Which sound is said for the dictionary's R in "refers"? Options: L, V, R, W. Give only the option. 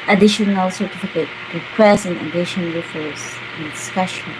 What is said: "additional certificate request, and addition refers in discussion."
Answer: L